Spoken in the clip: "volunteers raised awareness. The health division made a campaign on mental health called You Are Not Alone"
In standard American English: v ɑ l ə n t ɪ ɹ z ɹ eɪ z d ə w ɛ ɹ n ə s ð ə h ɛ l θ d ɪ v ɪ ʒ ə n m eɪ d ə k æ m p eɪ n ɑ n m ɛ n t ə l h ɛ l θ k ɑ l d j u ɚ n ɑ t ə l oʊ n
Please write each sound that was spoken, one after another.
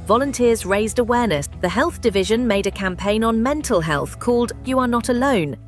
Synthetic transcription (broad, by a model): v ɑ l ə n t ɪ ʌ z ɹ eɪ z d ə w ɛ n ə s ð ə h ɛ l θ d ɪ v ɪ ʒ ə n m eɪ d ə k æ m p eɪ n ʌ n m ɛ n t ə l h ɛ l θ k ɑ l d j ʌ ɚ n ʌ t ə l oʊ n